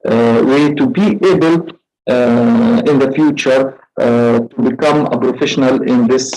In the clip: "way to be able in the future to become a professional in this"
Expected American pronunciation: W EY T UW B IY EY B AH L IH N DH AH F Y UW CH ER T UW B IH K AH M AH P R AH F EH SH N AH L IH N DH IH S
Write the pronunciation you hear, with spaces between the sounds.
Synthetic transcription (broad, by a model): W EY T UW B IY EY B AH L IH N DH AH F Y UW CH ER T UW B IH K AH M AH P R AH F EH SH N AH L IH N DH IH S